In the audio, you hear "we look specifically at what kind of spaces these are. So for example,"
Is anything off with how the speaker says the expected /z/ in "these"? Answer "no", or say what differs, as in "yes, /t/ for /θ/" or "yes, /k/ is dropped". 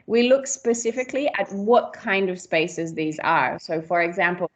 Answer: no